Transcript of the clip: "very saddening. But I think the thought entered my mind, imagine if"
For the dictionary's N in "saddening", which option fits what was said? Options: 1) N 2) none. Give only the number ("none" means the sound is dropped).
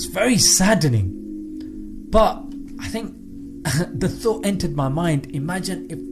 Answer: 1